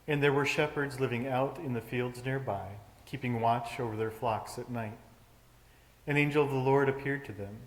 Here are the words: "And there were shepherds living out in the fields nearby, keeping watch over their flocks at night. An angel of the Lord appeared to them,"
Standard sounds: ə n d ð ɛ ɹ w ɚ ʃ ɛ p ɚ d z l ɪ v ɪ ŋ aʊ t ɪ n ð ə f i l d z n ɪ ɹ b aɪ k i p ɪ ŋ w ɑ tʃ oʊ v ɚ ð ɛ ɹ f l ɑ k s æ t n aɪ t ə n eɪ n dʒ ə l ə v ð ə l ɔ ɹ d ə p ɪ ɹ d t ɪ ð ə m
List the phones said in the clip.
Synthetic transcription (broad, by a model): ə n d ð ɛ ɹ w ɚ ʃ ɛ p ɚ d z l ɪ v ɪ ŋ aʊ t ɪ n ð ə f i l d z n ɪ ɹ b aɪ k i p ɪ ŋ w ɑ tʃ oʊ v ɚ ð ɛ ɹ f l ɑ k s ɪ t n aɪ t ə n eɪ n dʒ ə l ə v ð ə l ɔ ɹ d ə p ɪ ɹ d t ɪ ð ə m